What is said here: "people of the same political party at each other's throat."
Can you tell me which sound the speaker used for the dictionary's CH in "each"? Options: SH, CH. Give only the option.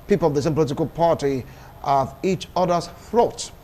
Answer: CH